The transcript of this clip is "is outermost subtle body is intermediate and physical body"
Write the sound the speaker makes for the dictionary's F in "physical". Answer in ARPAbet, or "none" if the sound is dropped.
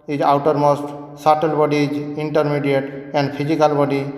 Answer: P